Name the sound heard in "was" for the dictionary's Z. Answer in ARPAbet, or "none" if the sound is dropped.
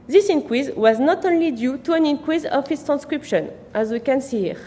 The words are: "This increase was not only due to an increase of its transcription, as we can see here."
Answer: Z